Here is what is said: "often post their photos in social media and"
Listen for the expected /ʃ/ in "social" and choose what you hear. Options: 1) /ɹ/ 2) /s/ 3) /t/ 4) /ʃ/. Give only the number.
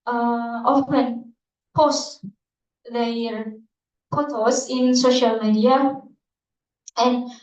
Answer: 4